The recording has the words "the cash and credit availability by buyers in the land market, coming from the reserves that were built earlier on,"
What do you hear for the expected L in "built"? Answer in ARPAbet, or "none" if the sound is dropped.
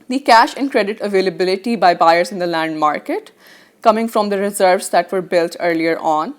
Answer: L